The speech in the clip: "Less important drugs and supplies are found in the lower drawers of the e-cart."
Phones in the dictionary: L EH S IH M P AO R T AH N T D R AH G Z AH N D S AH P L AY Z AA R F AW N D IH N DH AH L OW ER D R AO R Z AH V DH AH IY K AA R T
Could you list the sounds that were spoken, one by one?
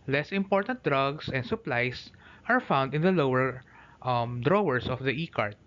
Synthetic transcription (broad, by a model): L EH S IH M P AO R T AH N T D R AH G S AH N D S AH P L AY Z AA R F AW N D IH N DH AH L OW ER D R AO R S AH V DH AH IY K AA R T